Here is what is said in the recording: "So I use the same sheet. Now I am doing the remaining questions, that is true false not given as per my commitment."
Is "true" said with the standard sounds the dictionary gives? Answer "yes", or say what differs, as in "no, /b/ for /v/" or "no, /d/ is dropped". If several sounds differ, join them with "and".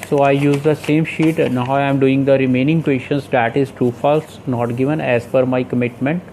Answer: no, /ɹ/ is dropped